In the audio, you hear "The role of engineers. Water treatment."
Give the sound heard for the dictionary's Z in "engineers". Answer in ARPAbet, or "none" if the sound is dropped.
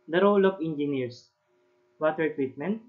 S